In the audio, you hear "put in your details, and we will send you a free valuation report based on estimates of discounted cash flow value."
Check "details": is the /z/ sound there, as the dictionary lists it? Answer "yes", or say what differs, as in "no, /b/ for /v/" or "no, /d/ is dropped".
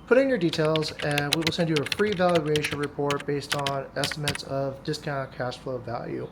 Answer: yes